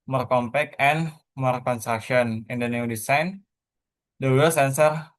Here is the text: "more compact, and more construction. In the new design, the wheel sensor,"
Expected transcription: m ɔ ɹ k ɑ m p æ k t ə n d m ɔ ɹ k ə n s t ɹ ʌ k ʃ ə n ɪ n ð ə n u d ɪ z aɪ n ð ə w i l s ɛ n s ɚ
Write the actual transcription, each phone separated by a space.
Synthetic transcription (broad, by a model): m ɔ ɹ k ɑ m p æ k ə n m ɔ ɹ k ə n s t ɹ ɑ k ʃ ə n ɪ n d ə n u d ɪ s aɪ n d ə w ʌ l s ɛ n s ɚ